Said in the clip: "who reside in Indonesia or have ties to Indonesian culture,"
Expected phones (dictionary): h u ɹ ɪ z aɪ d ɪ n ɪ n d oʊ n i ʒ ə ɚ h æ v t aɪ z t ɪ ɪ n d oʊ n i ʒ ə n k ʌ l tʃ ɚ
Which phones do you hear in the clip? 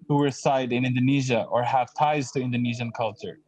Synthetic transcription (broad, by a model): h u w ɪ s aɪ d ɪ n ɪ n d oʊ n i ʒ ə ɚ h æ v t aɪ z t ɪ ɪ n d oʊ n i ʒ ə n k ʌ l tʃ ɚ